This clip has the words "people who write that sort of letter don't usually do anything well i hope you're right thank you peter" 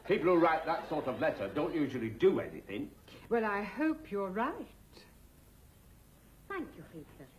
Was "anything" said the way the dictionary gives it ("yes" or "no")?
yes